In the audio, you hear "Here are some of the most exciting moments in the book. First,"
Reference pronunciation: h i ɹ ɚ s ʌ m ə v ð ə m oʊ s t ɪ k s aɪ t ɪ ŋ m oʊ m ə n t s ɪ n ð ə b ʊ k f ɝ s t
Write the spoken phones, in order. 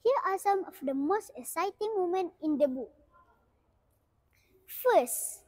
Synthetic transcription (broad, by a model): h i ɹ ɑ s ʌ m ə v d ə m oʊ s t ɪ k s aɪ t ɪ ŋ m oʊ m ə n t ɪ n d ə b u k f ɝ s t